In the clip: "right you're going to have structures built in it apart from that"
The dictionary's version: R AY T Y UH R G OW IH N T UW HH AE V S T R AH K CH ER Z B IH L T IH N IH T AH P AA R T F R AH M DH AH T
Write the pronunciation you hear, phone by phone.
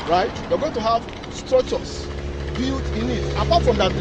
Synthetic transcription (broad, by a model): R AY T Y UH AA G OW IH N T UW HH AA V S T R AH K CH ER S B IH L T IH N IH T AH P AA T F R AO M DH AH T